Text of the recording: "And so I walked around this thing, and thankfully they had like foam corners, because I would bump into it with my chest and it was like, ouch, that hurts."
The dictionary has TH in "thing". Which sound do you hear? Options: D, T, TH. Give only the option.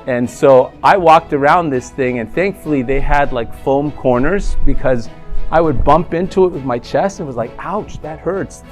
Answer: TH